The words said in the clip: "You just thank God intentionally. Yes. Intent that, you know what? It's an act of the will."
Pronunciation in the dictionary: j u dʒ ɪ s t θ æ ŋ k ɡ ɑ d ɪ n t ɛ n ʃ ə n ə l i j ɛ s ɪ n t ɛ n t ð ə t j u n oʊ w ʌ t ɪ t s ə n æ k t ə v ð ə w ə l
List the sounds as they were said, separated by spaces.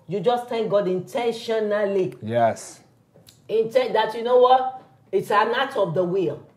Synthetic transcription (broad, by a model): j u dʒ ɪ s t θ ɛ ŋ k ɡ ɑ d ɪ n t ɛ n ʃ ə n ə l i j ɛ s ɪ n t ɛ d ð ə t j u n oʊ w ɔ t ɪ t s ə n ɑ t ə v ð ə w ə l